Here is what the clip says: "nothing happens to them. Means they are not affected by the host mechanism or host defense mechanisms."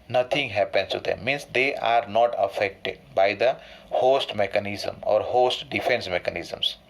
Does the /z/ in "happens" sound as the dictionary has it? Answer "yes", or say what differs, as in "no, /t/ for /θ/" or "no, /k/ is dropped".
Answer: no, /s/ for /z/